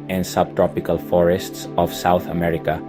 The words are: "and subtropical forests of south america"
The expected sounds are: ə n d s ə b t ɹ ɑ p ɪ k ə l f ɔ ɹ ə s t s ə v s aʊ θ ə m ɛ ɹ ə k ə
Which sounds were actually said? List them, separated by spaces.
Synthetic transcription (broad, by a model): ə n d s ə b t ɹ ɑ p ɪ k ə l f ɔ ɹ ə s t s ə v s aʊ θ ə m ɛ ɹ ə k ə